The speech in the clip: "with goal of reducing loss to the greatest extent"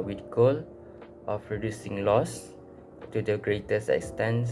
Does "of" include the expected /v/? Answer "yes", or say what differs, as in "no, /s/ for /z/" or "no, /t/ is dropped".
no, /p/ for /v/